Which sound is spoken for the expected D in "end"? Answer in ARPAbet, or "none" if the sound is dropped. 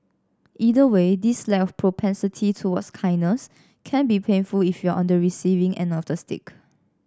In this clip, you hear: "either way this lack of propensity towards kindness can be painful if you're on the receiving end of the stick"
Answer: none